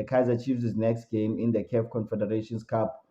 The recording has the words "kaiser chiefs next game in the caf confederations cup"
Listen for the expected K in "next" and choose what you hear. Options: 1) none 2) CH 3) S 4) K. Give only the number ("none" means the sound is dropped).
4